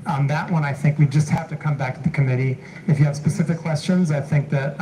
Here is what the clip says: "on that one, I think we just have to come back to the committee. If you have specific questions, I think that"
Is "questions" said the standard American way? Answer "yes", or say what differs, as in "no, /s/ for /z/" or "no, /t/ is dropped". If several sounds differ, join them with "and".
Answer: yes